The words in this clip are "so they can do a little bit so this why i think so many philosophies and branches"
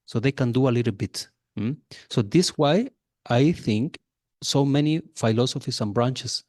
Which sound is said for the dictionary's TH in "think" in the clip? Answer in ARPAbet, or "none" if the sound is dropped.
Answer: TH